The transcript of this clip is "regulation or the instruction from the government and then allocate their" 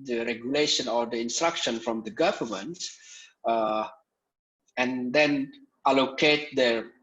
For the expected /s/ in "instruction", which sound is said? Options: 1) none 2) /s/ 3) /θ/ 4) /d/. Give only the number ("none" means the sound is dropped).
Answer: 2